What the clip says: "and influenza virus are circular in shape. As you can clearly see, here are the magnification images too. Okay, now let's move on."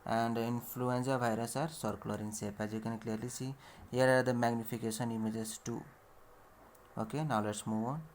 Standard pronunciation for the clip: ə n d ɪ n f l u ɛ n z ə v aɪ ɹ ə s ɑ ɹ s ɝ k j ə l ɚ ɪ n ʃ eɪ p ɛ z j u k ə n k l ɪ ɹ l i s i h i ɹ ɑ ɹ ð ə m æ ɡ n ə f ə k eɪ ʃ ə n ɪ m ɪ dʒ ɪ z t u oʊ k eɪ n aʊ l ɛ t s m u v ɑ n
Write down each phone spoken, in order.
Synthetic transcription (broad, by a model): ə n d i n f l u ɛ n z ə b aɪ ɹ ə s ɑ ɹ s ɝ k l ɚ ɪ n s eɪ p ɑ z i k ə n k l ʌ ɹ l i s i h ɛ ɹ ɑ ɹ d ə m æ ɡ n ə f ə k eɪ s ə n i m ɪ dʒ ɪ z t u oʊ k eɪ n aʊ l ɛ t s m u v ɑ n